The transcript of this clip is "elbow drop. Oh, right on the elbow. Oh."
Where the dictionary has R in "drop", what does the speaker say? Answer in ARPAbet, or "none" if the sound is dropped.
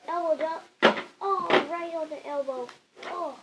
none